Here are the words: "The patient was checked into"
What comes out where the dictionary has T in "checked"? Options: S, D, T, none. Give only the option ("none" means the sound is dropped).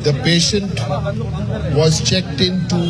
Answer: T